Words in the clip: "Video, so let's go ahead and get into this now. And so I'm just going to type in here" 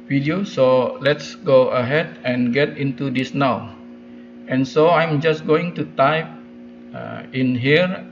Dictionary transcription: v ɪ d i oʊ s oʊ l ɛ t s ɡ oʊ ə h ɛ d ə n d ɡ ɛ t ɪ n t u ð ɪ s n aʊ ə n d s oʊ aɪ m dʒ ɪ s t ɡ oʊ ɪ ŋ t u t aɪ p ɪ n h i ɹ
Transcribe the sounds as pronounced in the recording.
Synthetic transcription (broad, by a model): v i d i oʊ s oʊ l ɛ t s ɡ oʊ ə h ɛ d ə n ɡ ɛ t ɪ n t u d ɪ s n aʊ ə n s oʊ aɪ m dʒ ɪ s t ɡ oʊ ɪ ŋ t u t aɪ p ɪ n h i ɹ